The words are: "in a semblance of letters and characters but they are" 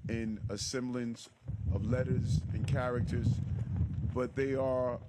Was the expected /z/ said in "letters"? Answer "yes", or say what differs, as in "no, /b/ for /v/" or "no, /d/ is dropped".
yes